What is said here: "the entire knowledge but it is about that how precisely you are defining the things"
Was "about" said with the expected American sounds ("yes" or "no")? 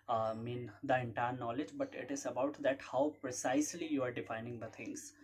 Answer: yes